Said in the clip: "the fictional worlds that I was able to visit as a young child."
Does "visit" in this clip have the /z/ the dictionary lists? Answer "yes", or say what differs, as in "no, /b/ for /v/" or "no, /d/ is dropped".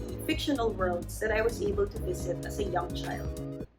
yes